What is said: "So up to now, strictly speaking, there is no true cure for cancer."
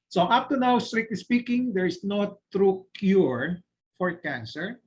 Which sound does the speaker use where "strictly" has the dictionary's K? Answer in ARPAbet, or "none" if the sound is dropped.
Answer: none